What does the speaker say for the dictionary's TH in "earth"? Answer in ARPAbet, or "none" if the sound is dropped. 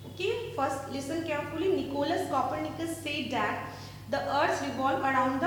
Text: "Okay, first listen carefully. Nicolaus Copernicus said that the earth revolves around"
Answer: S